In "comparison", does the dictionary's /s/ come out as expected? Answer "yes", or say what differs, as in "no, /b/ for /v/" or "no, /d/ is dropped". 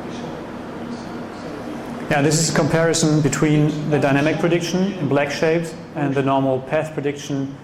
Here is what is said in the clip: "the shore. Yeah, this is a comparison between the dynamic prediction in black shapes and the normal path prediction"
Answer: yes